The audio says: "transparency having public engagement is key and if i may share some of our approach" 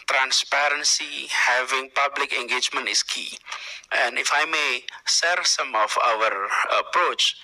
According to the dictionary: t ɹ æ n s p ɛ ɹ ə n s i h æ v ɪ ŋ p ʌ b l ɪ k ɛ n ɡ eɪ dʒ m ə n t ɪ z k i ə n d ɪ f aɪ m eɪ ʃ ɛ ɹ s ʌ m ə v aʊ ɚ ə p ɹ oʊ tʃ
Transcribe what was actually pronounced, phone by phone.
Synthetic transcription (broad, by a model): t ɹ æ n s p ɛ ɹ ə n s i h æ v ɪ ŋ p ʌ b l ɪ k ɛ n ɡ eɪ dʒ m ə n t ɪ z k i ə n d ɪ f aɪ m eɪ s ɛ ɹ s ʌ m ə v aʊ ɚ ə p ɹ oʊ tʃ